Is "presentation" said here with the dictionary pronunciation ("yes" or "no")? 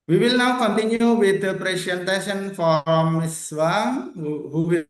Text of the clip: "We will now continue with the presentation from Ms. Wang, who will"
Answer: no